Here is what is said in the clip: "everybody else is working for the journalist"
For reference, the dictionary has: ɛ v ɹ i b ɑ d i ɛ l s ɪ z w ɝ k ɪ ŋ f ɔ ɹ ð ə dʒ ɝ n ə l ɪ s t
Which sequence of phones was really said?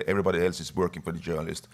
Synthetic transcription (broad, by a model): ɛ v ɹ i b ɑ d i ɛ l s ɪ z w ɝ k ɪ ŋ f ɔ ɹ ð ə dʒ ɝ n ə l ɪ s t